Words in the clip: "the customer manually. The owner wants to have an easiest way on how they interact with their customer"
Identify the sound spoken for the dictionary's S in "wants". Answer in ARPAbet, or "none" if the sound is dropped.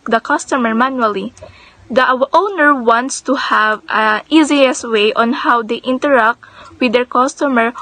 S